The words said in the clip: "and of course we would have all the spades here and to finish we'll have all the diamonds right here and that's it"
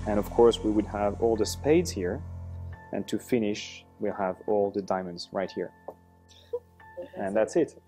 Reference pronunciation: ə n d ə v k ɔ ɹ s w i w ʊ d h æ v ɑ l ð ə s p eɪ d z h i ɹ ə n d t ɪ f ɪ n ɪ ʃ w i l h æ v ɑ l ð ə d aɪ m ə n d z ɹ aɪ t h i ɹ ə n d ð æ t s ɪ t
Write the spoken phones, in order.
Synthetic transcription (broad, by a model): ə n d ə v k ɔ ɹ s w i w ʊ d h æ v ɑ l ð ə s p eɪ d z h i ɹ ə n t ɪ f ɪ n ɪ ʃ w i l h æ v ɑ l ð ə d aɪ m ə n d z ɹ aɪ t h i ɹ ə n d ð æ t s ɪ t